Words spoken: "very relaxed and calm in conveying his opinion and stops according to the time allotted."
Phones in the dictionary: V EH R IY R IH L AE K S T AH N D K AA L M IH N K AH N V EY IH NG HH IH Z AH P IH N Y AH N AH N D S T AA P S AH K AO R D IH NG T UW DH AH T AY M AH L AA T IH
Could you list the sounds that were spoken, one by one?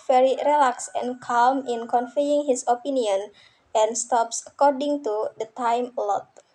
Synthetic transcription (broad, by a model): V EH R IY R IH L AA K S AH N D K AA L M IH N K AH N F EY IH NG HH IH S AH P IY N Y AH N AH N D S T AA P S AH K AO R D IH NG T UW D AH T AY M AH L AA T